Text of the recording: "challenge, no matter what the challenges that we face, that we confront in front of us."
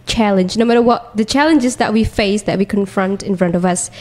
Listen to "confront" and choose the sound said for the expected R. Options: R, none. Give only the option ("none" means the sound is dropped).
R